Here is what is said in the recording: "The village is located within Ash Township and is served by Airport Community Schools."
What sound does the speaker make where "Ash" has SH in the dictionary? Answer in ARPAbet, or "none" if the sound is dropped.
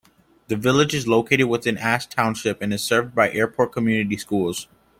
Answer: S